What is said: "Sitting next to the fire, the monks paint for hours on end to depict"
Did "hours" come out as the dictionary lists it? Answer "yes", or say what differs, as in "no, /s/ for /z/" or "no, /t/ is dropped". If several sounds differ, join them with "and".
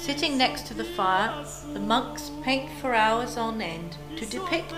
yes